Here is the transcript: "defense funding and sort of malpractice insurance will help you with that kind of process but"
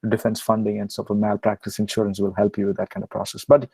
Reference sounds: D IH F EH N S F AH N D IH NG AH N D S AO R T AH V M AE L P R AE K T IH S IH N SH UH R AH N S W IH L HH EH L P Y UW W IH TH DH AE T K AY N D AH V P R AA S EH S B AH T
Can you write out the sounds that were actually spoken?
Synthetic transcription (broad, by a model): D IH F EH N S F AH N D IH NG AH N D S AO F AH M AE L P R AE K T IH S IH N SH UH R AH N S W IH L HH EH L P Y UW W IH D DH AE T K AY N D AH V P R AA S EH S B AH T